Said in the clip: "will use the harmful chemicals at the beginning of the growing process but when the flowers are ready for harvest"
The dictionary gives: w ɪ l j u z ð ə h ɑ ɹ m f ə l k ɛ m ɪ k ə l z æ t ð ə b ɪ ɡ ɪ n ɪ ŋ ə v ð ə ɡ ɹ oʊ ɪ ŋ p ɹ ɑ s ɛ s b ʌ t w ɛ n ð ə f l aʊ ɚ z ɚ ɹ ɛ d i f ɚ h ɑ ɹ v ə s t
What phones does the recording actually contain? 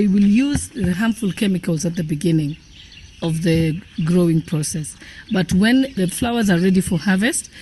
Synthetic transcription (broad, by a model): w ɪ l j u z ð ə h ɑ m f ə l k ɛ m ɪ k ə l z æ t ð ə b ɪ ɡ ɪ n ɪ ŋ ə v ð ə ɡ ɹ oʊ ɪ ŋ p ɹ ɑ s ɛ s b ʌ t w ɛ n ð ə f l aʊ ɚ z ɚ ɹ ɛ d i f ɚ h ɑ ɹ v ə s t